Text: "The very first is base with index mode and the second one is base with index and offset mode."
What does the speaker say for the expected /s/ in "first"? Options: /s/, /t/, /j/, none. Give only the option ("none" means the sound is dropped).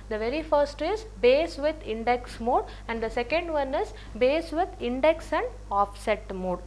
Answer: /s/